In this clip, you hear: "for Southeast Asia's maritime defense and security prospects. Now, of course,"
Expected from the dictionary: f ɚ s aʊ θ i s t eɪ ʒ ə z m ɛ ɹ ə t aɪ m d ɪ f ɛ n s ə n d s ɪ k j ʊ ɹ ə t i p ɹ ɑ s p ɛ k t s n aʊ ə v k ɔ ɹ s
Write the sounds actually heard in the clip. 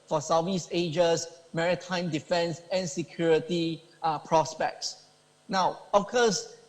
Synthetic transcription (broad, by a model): f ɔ s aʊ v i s eɪ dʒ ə s m ɛ ɹ ə t aɪ m d ɪ f ɛ n s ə n s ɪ k j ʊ ɹ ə t i p ɹ ɑ s p ɛ k t s n aʊ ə f k ɔ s